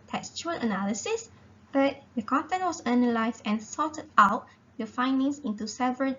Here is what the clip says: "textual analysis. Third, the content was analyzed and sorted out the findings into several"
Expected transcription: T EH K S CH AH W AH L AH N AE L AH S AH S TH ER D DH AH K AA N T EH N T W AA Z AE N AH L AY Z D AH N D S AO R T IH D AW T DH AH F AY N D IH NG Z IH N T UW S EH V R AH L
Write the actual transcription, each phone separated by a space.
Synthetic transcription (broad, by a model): T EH K S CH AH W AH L AH N AE L AH S AH S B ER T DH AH K AA N T EH N T W AA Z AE N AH L AY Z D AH N S AO T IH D AW T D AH F AY N D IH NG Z IH N T UW S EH V R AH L